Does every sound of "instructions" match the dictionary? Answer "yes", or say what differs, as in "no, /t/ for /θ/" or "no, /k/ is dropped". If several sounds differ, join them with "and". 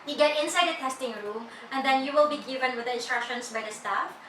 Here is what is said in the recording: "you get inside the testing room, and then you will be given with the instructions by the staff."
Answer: no, /s/ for /z/